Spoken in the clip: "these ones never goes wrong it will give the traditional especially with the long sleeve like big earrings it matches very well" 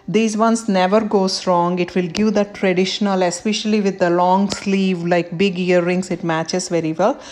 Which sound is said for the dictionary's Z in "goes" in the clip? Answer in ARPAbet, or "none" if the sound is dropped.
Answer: S